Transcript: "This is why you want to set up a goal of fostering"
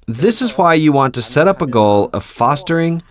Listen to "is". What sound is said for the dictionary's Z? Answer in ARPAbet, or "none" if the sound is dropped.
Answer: Z